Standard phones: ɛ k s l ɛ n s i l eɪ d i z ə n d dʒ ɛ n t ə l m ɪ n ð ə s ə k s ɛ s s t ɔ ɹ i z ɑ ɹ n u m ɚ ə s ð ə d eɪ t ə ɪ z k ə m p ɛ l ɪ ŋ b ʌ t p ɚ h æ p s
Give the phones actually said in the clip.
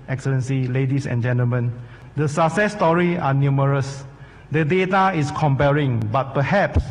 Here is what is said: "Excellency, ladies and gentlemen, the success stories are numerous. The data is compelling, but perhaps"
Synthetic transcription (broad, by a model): ɛ k s l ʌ n s i l eɪ d i s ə n dʒ ɛ n t ə l m ɪ n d ə s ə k s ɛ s s t ɔ ɹ i ɑ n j u m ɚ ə s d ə d eɪ t ə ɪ s k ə m p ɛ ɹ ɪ ŋ b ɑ t p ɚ h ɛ p s